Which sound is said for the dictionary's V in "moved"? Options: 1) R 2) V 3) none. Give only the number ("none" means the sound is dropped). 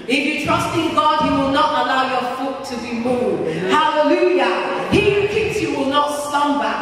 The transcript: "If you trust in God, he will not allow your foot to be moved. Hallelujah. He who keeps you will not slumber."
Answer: 3